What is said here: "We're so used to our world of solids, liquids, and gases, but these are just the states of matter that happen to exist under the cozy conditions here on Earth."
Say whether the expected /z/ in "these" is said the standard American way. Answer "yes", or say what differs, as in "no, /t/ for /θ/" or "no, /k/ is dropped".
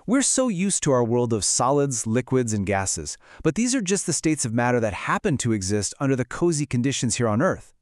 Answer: yes